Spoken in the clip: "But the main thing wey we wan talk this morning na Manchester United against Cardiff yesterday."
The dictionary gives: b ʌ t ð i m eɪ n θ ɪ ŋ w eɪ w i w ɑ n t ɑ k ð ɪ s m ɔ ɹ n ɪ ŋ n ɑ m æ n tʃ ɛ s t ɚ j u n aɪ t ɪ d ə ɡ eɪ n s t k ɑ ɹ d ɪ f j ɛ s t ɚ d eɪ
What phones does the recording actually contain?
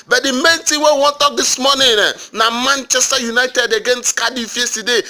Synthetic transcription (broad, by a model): b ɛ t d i m eɪ n t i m w eɪ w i w ɑ n t ɑ k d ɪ s m ɔ n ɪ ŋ n ɑ m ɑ n tʃ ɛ s t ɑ j u n aɪ t ɪ d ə ɡ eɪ n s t k ɑ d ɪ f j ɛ s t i d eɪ